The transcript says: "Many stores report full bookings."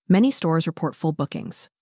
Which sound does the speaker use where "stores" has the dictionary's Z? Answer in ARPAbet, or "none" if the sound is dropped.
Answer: Z